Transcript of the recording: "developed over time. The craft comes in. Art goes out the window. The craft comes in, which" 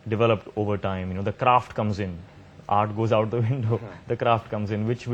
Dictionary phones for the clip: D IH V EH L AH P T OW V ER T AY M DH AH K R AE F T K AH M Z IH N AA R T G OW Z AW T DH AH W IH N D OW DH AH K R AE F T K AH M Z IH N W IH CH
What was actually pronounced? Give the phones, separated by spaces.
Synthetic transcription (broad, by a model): D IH V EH L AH P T OW V ER T AY M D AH K R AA F T K AH M Z IH N AA R T G OW Z AW T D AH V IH N D OW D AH K R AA F T K AH M Z IH N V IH CH